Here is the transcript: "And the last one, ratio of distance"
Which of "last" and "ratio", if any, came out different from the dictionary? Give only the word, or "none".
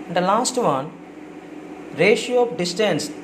none